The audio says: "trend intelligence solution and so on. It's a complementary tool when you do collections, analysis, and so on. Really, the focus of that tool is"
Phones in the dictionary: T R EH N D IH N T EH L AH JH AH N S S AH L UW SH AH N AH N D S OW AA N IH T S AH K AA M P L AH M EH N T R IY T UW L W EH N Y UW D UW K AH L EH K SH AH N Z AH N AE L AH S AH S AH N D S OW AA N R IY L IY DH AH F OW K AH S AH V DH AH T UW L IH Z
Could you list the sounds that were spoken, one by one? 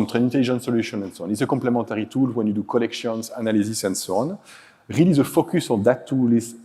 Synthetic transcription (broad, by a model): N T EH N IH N T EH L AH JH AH N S S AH L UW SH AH N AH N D S OW AA N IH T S AH K AA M P L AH M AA T R IY T UW L W EH N Y UW D UW K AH L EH K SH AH N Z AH N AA L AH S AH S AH N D S OW AA N R IY L IY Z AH F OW K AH S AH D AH T UW L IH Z